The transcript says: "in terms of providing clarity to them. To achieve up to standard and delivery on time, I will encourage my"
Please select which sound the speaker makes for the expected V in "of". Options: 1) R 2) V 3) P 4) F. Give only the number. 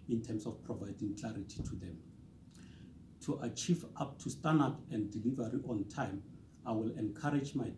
4